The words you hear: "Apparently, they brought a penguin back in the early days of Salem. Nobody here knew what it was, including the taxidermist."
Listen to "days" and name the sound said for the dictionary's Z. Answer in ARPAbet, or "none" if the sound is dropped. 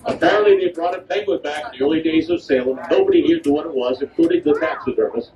Z